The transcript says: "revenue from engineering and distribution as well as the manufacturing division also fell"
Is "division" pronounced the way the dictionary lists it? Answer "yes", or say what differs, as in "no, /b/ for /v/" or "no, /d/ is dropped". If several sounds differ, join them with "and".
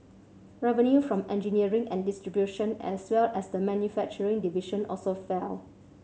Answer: no, /ʃ/ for /ʒ/